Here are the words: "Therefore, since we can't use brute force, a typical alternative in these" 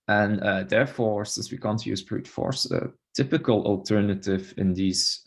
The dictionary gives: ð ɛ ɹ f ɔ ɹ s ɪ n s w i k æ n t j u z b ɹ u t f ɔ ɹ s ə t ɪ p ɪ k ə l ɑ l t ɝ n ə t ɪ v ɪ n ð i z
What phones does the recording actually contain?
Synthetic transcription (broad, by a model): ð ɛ ɹ f ɔ ɹ s ɪ n s w i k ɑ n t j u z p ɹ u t f ɔ ɹ s ə t ɪ p ɪ k ə l ɑ l t ɝ n ə t ɪ v ɪ n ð i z